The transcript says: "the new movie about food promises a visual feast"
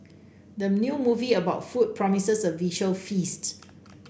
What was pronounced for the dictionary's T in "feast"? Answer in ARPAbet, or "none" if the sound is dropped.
T